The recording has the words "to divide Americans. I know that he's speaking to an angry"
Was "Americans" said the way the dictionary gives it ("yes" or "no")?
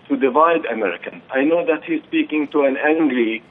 no